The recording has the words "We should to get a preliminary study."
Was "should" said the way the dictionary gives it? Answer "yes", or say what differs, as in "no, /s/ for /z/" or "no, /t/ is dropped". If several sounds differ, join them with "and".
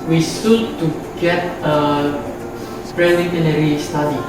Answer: no, /s/ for /ʃ/